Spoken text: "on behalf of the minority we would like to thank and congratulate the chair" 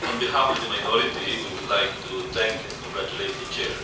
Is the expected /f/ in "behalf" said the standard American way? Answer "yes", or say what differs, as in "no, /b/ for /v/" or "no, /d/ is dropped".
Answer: no, /p/ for /f/